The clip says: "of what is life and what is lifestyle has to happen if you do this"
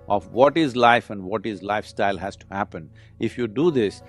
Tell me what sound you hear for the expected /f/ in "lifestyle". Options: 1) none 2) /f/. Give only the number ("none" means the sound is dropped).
2